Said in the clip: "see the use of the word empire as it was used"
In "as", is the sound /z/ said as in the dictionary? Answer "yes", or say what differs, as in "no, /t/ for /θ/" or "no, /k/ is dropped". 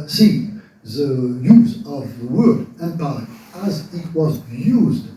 yes